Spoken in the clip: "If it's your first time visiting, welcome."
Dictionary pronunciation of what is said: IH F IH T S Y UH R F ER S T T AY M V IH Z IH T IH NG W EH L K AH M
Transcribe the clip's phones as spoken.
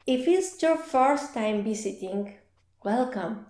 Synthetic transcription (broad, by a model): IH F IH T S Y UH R F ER S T T AY M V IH S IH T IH NG W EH L K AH M